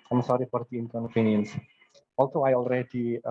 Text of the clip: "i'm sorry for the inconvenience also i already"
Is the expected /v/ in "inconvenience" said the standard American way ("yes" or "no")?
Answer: no